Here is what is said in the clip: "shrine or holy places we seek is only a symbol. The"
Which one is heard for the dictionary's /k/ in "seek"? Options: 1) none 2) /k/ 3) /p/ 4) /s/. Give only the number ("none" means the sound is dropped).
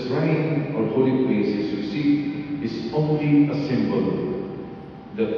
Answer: 1